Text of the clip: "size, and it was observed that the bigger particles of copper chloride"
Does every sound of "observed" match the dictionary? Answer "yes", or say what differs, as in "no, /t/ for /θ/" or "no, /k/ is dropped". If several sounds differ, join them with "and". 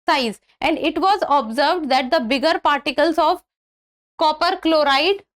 yes